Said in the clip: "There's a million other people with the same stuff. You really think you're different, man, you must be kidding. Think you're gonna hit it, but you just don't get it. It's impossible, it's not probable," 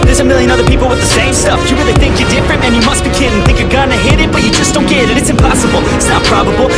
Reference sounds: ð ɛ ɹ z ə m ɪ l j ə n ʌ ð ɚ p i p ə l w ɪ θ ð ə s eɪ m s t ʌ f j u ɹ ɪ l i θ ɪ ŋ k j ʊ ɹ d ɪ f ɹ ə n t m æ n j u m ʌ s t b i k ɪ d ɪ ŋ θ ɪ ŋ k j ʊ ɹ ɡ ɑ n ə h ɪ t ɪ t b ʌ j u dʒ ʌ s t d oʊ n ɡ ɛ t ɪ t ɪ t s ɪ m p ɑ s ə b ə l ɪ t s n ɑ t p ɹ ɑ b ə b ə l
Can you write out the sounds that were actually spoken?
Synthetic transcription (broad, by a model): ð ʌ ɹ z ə m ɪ l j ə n ʌ ð ɚ p i p l w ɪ ð ə s eɪ m s t ʌ f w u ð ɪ i θ ɪ ŋ k j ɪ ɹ d ɪ f ɹ ə n t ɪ n j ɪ m ʌ s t b i k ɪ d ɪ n θ ɪ ŋ k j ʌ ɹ ɡ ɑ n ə h ɪ t ɪ t b ʌ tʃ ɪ dʒ ʌ s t d oʊ n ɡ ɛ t ɪ t ɪ t s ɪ m p ɑ s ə b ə l ɪ t s n ɑ t p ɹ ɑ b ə b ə l